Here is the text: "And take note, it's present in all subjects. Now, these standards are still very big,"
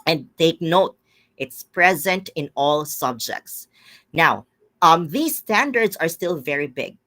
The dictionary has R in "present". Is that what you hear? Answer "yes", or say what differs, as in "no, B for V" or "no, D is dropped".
yes